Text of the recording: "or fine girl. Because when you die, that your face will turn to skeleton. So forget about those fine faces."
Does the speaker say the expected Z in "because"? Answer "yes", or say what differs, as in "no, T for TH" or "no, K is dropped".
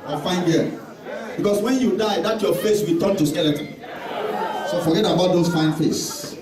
no, S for Z